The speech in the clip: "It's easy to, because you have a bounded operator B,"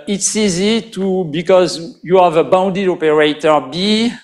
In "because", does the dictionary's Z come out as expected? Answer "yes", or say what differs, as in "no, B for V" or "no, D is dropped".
yes